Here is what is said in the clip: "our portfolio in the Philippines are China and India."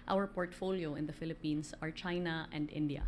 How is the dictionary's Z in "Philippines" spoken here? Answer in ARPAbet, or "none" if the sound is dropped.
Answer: S